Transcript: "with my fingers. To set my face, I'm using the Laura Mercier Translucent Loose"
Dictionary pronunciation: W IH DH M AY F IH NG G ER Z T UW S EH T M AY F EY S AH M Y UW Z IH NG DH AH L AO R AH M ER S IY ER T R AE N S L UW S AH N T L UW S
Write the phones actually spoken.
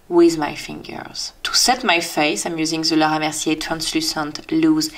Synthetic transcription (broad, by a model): W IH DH M AY F IH NG G ER Z T UW S EH T M AY F EY S AH M Y UW Z IH NG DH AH L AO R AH M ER S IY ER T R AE N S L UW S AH N T L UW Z